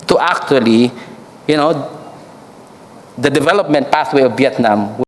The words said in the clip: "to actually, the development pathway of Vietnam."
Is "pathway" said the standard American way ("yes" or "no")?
no